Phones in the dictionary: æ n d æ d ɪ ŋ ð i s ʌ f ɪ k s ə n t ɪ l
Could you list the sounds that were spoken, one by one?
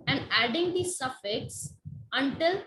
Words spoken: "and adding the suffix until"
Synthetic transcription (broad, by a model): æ n d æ d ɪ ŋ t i s ʌ f ɪ k s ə n t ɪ l